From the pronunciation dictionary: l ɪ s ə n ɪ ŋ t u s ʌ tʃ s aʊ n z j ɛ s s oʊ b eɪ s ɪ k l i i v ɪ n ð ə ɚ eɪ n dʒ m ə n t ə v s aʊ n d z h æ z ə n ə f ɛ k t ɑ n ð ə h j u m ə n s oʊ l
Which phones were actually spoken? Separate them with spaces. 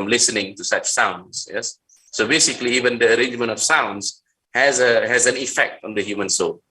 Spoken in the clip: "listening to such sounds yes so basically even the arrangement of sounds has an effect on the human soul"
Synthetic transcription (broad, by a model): l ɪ s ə n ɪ ŋ t u s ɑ tʃ s aʊ n s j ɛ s s oʊ b eɪ s ɪ k l i i v ɪ n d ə ɚ eɪ n dʒ m ə n t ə f s aʊ n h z h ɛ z ə n ə f ɛ k t ɑ n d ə h j u m ə n s oʊ l